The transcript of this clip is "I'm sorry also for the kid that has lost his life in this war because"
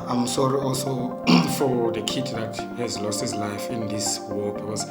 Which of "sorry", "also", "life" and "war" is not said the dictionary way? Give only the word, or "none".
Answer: war